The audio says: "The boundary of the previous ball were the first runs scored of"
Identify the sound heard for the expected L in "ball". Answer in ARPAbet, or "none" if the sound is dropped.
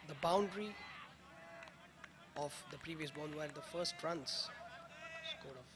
N